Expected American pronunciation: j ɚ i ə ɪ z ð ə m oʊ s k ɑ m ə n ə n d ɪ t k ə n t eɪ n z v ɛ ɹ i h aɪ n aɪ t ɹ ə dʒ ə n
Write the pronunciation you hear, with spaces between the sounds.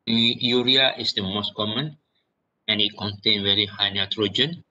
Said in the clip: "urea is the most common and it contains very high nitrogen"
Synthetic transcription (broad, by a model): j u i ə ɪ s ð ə m oʊ s k ɑ m ə n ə n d ɪ t k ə n t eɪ n v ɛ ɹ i h aɪ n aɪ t ɹ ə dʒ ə n